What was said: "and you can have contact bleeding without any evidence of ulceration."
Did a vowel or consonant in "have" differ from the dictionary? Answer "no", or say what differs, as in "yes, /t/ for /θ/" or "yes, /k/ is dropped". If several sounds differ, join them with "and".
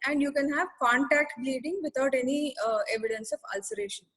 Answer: no